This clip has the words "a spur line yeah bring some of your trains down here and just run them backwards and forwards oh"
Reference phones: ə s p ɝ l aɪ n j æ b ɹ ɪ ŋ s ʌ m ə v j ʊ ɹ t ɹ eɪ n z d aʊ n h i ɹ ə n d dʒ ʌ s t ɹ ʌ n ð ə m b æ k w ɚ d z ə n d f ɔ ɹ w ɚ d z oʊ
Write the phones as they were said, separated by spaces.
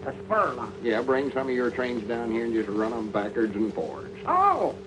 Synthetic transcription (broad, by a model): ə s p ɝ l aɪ j æ b ɹ ɪ ŋ s ʌ m ə v j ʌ ɹ t ɹ eɪ n z d aʊ n h i ɹ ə n dʒ ʌ s t ɹ ʌ n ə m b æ k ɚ d z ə n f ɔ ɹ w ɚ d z oʊ